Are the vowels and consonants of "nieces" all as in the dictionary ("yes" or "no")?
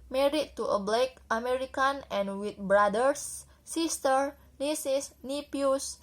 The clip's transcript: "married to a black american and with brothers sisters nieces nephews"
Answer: no